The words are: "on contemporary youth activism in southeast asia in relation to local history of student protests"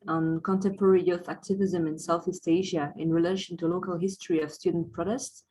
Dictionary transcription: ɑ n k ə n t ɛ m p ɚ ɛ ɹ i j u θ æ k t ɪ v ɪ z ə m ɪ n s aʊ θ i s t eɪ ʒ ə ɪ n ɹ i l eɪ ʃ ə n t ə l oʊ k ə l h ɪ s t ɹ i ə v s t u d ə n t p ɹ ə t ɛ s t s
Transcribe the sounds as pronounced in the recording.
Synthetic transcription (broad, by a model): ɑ n k ə n t ɛ m p ɚ ɛ ɹ i j u θ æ k t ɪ v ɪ z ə m ɪ n s aʊ θ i s t eɪ ʒ ə ɪ n ɹ i l eɪ ʃ ə n t ə l oʊ k ə l h ɪ s t ɹ i ə v s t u d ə n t p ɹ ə t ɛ s t s